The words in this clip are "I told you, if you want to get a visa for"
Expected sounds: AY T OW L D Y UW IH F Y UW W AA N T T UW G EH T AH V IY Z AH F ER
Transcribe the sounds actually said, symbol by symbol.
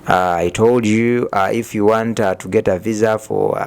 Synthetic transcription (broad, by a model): AY T OW L D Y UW IH F Y UW W AA N T T UW G EH T AH V IY Z AH F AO